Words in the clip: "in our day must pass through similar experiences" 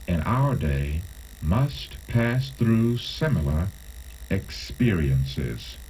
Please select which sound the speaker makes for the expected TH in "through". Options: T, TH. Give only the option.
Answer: TH